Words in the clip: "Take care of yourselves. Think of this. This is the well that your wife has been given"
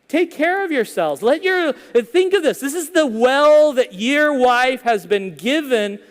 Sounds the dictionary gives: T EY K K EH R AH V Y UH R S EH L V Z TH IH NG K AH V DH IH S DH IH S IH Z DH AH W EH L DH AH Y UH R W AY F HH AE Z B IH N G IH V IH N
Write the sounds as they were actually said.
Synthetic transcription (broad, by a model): T EY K K EH R AH V Y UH R S EH L V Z TH IH NG K AH V DH IH S DH IH S IH Z DH AH W EH L DH AH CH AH R W AY F HH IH Z B IH N G IH V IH N